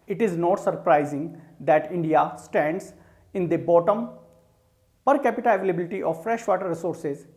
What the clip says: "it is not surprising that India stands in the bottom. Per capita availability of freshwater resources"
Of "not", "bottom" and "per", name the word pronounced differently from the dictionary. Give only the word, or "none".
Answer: none